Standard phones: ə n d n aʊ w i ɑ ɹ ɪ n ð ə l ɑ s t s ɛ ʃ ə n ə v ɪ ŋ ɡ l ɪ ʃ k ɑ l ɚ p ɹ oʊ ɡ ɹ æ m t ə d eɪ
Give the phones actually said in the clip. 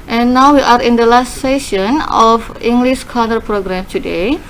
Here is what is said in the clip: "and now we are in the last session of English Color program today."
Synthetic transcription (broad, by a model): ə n n aʊ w i ɑ ɹ ɪ n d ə l ɑ s t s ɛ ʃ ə n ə f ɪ ŋ ɡ l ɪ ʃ k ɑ n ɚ p ɹ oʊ ɡ ɹ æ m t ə d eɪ